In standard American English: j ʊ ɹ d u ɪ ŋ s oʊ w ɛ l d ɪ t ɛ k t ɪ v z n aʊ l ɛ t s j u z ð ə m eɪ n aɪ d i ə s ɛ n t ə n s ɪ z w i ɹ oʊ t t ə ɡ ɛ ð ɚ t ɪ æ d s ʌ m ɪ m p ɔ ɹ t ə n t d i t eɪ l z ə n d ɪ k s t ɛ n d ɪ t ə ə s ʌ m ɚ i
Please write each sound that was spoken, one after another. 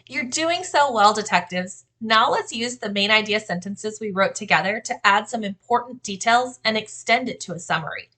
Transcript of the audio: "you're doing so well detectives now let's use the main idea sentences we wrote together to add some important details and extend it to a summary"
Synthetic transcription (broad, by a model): j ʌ ɹ d u ɪ ŋ s oʊ w ɛ l d ɪ t ɛ k t ɪ v z n aʊ l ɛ t s j u z ð ə m eɪ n aɪ d i ə s ɛ n t ə n s ɪ z w i ɹ oʊ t t ə ɡ ɛ ð ɚ t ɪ æ d s ʌ m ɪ m p ɔ ɹ t n d i t eɪ l z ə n ɪ k s t ɛ n d ɪ t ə ə s ʌ m ɚ i